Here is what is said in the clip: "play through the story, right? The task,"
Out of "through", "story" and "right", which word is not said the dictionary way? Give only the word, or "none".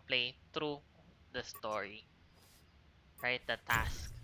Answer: through